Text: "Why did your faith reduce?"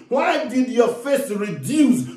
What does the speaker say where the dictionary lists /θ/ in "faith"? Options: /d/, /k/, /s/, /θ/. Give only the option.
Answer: /s/